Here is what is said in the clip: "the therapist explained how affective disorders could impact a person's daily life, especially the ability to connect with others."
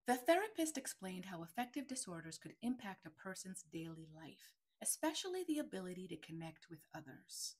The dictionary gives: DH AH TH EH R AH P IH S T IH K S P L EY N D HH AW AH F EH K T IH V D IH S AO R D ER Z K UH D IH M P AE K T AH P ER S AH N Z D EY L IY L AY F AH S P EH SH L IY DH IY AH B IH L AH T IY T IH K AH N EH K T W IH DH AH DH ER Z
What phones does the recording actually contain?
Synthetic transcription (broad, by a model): DH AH TH EH R AH P IH S T IH K S P L EY N D HH AW AH F EH K T IH V D IH S AO R D ER Z K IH D IH M P AE K T AH P ER S AH N Z D EY L IY L AY F AH S P EH SH L IY DH IY AH B IH L AH T IY T IH K AH N EH K T W IH DH AH DH ER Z